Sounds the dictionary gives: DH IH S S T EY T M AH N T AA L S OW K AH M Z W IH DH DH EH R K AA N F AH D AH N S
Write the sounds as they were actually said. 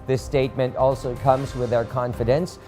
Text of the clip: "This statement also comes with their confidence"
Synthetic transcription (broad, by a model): DH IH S S T EY T M AH N T AA L S OW K AH M Z W IH DH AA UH R K AA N F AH D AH N S